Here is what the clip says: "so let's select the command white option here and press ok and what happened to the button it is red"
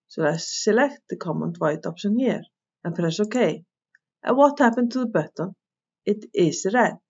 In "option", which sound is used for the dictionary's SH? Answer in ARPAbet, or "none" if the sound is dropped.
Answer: S